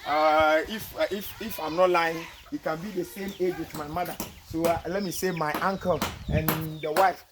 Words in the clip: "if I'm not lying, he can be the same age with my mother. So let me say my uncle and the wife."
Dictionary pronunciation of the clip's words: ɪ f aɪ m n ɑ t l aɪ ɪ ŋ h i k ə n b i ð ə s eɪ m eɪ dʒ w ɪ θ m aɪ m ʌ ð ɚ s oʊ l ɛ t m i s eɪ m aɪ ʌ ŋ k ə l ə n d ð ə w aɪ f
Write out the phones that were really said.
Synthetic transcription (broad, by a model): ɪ f aɪ m n ɑ t l aɪ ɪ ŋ h i k ə n b i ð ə s eɪ m eɪ dʒ w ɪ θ m aɪ m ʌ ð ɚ s oʊ l ɛ t m i s eɪ m aɪ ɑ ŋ k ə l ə n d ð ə w aɪ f